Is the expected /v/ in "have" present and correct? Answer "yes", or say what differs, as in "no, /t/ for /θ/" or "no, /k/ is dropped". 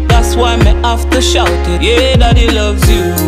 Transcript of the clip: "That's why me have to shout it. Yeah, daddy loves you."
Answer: no, /f/ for /v/